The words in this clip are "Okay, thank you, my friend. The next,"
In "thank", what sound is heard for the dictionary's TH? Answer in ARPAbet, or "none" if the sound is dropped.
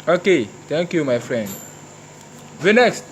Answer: T